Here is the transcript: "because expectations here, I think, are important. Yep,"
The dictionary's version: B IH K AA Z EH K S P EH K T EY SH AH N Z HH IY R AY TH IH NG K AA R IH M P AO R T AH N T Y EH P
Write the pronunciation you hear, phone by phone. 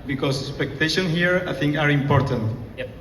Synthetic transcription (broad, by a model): B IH K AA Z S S P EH K T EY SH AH N HH IY R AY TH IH NG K AA R IH M P AO R T AH N T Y